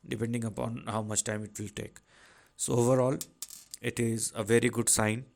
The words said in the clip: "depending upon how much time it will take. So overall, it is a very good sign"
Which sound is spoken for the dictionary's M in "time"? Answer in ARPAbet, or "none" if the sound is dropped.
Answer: M